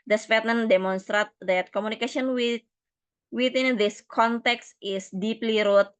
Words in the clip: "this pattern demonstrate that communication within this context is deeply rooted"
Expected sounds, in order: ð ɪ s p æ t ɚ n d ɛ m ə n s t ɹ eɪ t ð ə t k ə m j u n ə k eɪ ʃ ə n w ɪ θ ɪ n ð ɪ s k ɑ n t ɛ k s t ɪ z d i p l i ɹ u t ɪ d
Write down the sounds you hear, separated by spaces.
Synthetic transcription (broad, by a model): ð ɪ s f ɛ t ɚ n d ɛ m ə n s t ɹ eɪ t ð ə t k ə m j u n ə k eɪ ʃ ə n w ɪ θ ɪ n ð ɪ s k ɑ n t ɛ k s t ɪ s d i p l i ɹ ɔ t